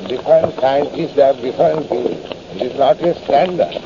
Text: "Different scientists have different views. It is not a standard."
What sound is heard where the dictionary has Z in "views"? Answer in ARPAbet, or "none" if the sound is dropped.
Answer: none